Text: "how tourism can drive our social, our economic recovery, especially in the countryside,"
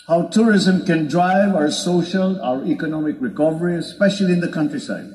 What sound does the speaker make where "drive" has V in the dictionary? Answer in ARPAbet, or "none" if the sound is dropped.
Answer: V